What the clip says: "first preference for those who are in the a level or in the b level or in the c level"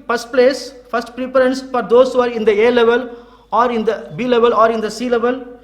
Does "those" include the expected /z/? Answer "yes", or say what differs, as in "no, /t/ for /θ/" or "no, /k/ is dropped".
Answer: no, /s/ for /z/